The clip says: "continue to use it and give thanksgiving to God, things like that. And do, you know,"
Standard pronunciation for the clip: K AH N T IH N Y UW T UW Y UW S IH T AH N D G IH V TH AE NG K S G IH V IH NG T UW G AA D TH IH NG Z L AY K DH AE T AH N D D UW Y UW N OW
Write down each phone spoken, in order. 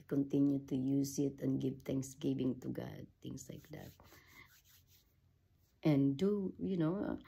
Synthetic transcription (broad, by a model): K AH N T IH N Y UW T UW Y UW S IH T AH N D G IH V T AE NG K S G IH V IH NG T UW G AA D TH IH NG S L AY K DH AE T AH N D D UW Y UW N OW